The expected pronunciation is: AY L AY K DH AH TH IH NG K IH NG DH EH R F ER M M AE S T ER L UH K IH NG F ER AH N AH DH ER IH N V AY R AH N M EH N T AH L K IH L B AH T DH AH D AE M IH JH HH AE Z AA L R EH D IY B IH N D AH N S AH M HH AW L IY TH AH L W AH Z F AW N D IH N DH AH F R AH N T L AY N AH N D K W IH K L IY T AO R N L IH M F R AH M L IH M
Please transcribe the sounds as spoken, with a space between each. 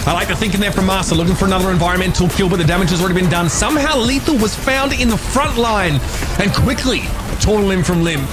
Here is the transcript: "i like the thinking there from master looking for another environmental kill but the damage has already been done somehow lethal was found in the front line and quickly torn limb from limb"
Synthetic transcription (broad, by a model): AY L AY K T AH TH IH NG K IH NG DH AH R F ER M M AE S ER L UH K IH NG F ER AH N AH DH ER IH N V AY R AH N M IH N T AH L K IH L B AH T DH AH D AE M IH JH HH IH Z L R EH D IY B IH N D AH N S AH M HH AW L IY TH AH W AH Z F AW N D IH N DH AH F R AH N T L AY N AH N K W IH K L IY T AO R N L IH M F R AH M L IH M